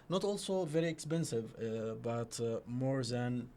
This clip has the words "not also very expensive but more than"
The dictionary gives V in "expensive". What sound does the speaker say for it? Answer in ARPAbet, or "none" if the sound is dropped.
V